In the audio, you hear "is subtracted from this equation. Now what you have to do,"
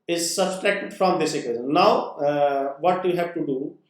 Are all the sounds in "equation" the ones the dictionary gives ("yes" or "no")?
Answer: no